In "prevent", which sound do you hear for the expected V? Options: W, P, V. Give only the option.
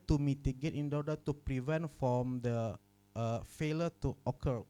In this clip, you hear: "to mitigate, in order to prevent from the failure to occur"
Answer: V